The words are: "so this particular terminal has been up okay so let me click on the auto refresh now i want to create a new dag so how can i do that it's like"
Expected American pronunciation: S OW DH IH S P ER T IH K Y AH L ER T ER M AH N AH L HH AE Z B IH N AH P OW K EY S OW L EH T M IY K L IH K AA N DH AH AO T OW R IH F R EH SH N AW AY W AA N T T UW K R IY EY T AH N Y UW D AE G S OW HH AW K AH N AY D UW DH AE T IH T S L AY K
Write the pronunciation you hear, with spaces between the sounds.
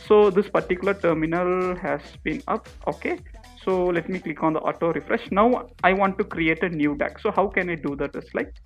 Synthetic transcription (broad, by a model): S OW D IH S P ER T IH K Y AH L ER T ER M AH N AH L HH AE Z B IH N AH P OW K EY S OW L EH T M IY K L IH K AA N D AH AO T OW R IH F R EH SH N AW AY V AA N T T UW K R IY EY T AH N Y UW D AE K S OW HH AW K AH N AY D UW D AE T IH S L AY K